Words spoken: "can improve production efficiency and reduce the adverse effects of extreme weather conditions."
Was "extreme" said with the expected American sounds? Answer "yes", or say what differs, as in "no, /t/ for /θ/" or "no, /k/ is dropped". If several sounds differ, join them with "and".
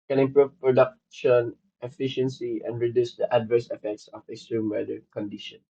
no, /k/ is dropped